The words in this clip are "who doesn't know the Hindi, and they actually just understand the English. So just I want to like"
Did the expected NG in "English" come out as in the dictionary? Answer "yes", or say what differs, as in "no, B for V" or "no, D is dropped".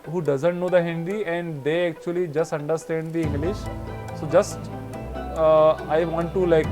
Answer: no, NG is dropped